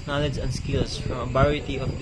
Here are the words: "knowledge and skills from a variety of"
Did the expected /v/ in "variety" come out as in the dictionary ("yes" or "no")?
no